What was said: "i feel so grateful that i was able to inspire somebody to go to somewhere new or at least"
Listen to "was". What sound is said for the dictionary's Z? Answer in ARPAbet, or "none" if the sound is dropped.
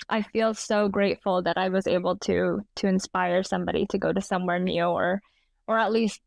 Z